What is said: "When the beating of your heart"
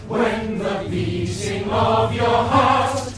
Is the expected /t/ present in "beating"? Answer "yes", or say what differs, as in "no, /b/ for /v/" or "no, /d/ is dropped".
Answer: no, /s/ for /t/